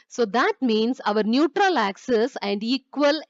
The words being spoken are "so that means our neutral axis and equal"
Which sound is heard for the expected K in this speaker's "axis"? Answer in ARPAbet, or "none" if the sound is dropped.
K